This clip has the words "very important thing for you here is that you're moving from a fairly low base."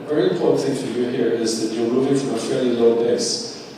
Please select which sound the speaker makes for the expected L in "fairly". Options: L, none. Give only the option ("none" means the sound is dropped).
L